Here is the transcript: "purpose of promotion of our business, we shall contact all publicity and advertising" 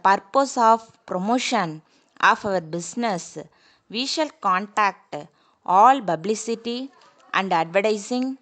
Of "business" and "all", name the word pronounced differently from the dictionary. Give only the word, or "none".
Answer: business